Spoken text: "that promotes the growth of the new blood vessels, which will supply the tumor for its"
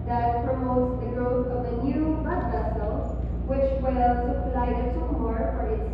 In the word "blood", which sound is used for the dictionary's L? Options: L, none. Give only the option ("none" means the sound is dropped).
none